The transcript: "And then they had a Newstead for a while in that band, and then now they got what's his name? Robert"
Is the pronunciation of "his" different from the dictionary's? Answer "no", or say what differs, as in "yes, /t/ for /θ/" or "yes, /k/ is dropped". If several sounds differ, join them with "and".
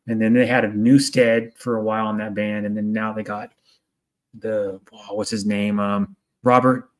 no